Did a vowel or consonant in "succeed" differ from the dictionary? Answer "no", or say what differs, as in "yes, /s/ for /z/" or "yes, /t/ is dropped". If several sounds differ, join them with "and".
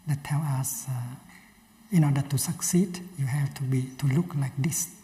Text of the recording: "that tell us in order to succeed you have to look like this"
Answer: no